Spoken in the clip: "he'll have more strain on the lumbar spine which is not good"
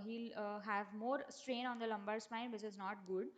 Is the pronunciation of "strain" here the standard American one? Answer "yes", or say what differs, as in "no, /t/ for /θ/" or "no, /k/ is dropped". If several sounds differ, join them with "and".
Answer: yes